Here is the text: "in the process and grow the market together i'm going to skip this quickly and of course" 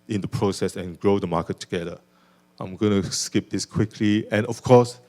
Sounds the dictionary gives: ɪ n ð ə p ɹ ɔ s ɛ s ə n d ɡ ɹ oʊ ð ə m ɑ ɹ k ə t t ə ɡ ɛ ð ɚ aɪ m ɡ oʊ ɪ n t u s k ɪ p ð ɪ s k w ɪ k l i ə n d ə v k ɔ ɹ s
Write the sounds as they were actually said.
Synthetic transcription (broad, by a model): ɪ n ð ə p ɹ ɔ s ɛ s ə n ɡ ɹ oʊ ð ə m ɑ k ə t t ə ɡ ɛ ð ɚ aɪ m ɡ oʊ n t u s k ɪ p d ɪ s k w ɪ k l i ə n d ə f k ɔ s